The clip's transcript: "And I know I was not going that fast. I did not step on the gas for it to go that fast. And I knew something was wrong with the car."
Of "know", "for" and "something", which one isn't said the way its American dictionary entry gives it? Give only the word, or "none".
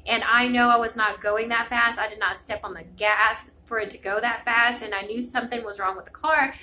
none